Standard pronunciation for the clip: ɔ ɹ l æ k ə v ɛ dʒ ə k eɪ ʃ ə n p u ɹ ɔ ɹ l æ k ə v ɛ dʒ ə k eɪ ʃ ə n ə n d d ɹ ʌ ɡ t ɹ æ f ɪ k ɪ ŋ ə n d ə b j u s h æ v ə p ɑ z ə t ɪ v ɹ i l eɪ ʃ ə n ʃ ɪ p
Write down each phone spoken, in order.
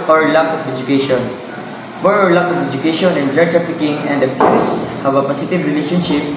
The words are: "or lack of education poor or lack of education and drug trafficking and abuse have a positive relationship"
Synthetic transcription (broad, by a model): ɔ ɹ l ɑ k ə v ɛ dʒ ə k eɪ ʃ ə n b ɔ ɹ ɔ ɹ l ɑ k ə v ɛ dʒ ə k eɪ ʃ ə n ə n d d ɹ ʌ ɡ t ɹ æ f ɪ k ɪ ŋ ə n d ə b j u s h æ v ə p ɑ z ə t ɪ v ɹ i l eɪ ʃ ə n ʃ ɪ p